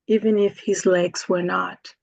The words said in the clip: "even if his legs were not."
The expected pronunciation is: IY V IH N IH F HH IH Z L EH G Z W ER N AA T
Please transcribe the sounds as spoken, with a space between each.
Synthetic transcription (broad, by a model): IY V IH N IH F HH IH Z L EH G Z W ER N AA T